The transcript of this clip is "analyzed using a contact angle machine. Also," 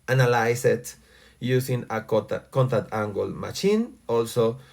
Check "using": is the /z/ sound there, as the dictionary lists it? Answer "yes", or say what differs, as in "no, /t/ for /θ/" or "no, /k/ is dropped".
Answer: no, /s/ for /z/